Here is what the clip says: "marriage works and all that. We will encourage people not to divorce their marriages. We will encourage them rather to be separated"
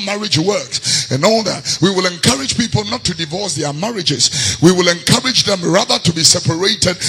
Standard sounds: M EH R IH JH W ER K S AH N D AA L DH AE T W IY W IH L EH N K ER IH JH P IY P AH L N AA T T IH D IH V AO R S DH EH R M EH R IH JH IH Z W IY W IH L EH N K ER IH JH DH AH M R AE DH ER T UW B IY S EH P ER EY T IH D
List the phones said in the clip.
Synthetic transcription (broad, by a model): M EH R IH JH W ER K S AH N AA L DH AE T W IY W IH L EH N K ER IH JH P IY P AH L N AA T T IH D IH V AO R S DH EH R M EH R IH JH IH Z W IY W IH L EH N K ER IH JH DH AH M R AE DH ER T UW B IY S EH P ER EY T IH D